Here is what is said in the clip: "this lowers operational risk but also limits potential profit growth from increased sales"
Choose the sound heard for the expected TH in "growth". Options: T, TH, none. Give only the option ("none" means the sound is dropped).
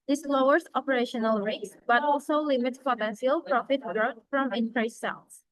T